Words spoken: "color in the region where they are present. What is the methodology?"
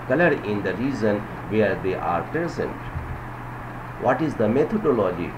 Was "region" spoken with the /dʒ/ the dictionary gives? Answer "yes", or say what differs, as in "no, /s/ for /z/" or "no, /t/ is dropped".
no, /z/ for /dʒ/